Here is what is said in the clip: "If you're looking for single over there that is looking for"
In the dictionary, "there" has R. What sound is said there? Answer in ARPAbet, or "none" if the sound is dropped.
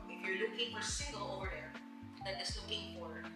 R